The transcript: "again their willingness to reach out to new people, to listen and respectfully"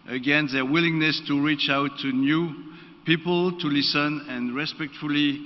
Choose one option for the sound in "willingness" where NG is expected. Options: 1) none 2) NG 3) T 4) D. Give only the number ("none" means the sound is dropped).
2